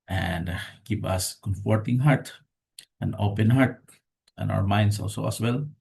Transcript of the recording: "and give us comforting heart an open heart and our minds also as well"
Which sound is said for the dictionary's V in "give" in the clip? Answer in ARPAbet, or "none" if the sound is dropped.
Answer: P